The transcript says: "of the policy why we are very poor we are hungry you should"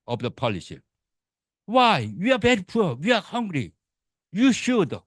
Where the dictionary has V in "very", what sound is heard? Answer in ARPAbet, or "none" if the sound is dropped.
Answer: B